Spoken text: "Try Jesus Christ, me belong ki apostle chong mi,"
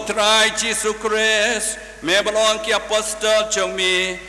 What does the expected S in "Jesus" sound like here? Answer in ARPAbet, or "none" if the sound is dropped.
none